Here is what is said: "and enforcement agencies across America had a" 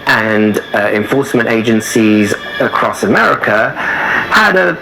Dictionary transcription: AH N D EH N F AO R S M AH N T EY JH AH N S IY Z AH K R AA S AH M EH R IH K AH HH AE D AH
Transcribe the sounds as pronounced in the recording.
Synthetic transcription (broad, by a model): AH N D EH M F AO R S M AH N T EY JH AH N S IY Z AH K R AA S AH M EH R IH K AH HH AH D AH